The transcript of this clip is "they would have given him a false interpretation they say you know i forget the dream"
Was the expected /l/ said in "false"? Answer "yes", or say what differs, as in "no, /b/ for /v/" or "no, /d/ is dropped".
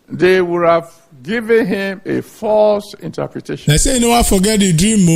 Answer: yes